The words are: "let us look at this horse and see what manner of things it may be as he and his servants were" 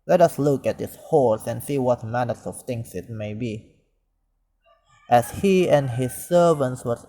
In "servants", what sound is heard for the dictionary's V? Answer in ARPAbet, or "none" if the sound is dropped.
V